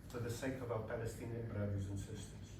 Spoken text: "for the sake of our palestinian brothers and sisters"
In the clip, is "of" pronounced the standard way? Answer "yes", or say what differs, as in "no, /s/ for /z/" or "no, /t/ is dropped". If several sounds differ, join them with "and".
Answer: yes